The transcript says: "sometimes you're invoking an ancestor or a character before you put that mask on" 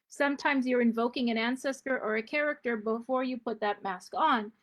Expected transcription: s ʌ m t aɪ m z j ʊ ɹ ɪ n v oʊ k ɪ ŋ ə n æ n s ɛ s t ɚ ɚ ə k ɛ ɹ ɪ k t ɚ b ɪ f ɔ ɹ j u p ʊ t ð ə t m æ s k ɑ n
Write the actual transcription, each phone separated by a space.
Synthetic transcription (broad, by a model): s ʌ m t aɪ m z j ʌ ɹ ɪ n v oʊ k ɪ ŋ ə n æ n s ɛ s t ɚ ɚ ə k ɛ ɹ ɪ k t ɚ b ɪ f ɔ ɹ j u p ʊ t ð ə t m æ s k n